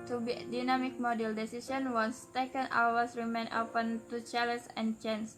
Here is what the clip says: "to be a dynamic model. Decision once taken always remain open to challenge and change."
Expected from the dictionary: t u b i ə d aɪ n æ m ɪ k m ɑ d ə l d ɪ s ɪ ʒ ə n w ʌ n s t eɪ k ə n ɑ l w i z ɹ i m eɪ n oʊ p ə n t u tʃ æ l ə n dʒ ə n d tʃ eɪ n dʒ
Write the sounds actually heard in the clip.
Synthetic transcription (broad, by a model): t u b i d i n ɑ m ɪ k m ɑ d ə l d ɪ s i s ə n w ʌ n s t eɪ k ə n ɑ w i s ɹ i m eɪ n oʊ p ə n t u tʃ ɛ l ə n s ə n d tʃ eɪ n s